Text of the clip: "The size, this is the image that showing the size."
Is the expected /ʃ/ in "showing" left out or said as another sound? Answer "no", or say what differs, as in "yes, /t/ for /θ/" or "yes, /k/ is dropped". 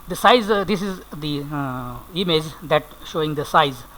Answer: no